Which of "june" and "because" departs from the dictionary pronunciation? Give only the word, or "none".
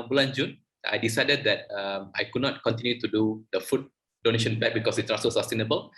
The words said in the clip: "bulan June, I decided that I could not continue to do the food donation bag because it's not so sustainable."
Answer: because